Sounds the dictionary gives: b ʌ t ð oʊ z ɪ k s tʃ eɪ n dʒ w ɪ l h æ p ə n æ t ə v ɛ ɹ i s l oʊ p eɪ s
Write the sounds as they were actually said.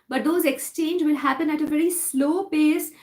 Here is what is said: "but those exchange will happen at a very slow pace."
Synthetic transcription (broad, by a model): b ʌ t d oʊ z ɪ k s tʃ eɪ n dʒ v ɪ l h æ p ə n æ t ə v ɛ ɹ i s l oʊ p eɪ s